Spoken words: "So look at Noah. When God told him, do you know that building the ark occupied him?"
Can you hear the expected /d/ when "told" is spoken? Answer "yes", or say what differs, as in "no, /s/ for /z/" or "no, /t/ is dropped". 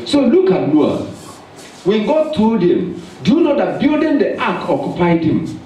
yes